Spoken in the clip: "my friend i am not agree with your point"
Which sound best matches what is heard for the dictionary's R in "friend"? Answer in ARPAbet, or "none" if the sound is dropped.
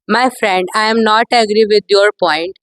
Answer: R